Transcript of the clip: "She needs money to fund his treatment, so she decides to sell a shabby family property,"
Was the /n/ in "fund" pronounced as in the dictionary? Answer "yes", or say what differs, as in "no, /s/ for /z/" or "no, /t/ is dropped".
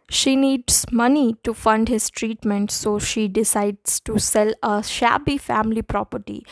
yes